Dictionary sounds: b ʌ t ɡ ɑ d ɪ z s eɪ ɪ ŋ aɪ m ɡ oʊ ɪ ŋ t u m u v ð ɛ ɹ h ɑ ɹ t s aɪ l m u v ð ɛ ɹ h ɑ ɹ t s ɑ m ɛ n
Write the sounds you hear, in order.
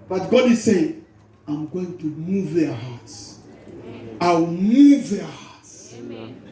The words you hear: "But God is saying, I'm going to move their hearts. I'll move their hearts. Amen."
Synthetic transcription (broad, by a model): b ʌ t ɡ ɑ d ɪ z s eɪ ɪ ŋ aɪ m ɡ oʊ ɪ ŋ t u m u v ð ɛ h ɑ t s aɪ w m u v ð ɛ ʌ h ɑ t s